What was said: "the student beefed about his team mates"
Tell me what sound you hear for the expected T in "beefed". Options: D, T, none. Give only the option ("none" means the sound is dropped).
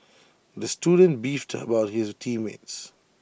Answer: T